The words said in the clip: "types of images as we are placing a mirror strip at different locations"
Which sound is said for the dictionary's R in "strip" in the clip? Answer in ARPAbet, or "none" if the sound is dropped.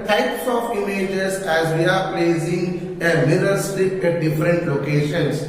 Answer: none